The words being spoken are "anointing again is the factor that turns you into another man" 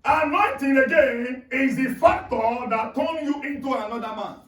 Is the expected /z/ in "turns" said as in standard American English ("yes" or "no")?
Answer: no